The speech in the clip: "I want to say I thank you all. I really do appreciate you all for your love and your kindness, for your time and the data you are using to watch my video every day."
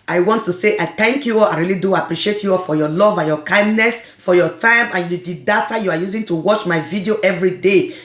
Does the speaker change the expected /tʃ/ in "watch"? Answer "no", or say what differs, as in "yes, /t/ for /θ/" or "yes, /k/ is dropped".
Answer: no